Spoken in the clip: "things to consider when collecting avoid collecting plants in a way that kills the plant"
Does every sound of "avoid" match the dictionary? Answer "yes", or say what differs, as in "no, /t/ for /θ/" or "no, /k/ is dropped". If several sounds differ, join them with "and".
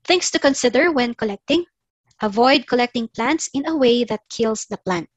yes